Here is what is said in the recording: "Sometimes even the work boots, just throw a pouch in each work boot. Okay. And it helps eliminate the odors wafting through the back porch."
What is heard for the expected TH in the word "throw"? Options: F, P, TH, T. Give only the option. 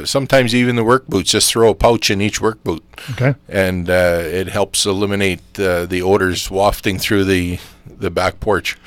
TH